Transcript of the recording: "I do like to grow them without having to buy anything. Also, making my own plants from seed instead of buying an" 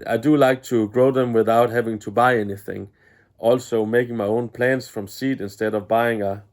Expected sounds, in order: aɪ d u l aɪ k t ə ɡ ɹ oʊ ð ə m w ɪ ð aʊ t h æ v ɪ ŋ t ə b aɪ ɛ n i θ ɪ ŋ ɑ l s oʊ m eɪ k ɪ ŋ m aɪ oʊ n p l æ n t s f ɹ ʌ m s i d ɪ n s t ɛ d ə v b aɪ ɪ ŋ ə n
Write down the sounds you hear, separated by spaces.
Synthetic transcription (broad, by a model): aɪ d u l aɪ k t ə ɡ ɹ oʊ ð ə m w ɪ ð aʊ t h æ v ɪ ŋ t ə b aɪ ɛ n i θ ɪ ŋ ɑ l s oʊ m eɪ k ɪ ŋ m aɪ oʊ n p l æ n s f ɹ ʌ m s i d ɪ n s t ɛ d ə v b aɪ ɪ ŋ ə